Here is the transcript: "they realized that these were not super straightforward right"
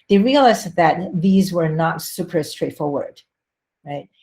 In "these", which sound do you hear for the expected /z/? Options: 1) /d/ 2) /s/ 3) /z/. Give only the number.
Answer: 3